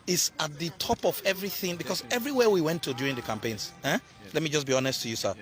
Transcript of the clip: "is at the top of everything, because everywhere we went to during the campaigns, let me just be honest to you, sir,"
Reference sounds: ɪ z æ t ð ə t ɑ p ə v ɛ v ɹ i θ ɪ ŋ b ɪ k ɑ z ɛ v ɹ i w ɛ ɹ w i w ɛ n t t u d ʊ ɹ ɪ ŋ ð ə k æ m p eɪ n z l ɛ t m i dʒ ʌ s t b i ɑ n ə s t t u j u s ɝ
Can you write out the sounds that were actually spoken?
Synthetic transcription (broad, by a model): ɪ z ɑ t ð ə t ɑ p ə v ɛ v ɹ i θ ɪ ŋ b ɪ k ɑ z ɛ v ɹ i w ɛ w i w ɛ n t t u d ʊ ɹ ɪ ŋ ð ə k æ m p eɪ n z l ɛ t m i dʒ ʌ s b i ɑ n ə s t t u j u s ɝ